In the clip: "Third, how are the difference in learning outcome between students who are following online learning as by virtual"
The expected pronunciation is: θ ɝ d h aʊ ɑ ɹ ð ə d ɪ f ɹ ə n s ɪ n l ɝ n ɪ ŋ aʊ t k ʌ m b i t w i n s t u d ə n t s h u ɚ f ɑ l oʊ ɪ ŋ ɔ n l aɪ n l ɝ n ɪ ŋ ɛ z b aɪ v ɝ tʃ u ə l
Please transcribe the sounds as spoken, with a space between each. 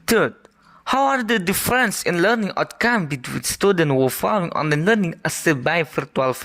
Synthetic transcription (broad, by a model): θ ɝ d h aʊ ɑ ɹ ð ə d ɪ f ɹ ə n s ɪ n l ɝ n ɪ ŋ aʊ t k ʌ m b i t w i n s t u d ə n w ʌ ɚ f ɑ l oʊ ɪ ŋ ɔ n ʌ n l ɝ n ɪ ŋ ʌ s b aɪ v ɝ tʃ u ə l